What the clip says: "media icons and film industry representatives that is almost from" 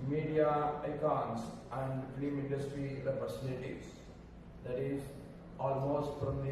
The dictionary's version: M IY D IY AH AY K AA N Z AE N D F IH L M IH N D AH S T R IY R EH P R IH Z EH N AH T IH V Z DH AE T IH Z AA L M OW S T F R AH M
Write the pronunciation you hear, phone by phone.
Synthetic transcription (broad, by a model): M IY D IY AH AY K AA N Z AE N D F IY M IH N D AH S T R IY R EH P IH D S L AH T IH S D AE T IH Z AA L M OW S T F R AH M